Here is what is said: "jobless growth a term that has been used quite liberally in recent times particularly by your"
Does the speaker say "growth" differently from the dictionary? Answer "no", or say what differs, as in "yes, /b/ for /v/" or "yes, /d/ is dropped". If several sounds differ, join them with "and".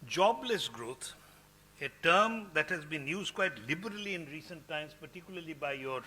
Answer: yes, /t/ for /θ/